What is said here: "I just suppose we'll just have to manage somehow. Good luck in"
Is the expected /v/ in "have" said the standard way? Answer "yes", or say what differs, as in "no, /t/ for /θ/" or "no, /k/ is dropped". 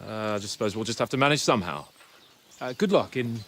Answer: no, /f/ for /v/